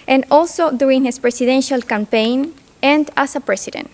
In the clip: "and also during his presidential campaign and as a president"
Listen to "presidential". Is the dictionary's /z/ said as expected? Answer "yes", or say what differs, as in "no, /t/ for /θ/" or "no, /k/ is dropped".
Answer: no, /s/ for /z/